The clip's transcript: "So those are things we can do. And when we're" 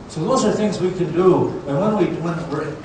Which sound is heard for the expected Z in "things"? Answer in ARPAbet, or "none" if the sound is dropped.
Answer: Z